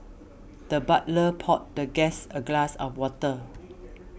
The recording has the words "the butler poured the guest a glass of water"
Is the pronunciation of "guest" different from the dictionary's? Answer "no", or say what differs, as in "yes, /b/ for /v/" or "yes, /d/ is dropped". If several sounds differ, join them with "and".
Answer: yes, /t/ is dropped